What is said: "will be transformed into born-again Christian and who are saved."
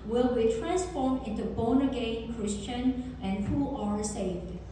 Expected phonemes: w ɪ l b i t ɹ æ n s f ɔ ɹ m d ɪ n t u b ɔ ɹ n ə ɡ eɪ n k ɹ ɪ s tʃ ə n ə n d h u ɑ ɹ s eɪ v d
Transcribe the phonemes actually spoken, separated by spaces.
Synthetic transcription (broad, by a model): w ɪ l b i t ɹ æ n s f ɔ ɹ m ɪ n t u b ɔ n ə ɡ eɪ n k ɹ ɪ s tʃ ə n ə n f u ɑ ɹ s eɪ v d